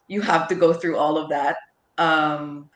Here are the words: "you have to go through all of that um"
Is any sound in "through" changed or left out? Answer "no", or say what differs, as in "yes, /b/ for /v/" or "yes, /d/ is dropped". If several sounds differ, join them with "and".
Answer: no